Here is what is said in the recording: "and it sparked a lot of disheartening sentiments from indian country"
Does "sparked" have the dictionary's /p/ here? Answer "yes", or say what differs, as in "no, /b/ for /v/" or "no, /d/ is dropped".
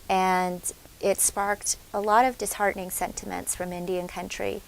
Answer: yes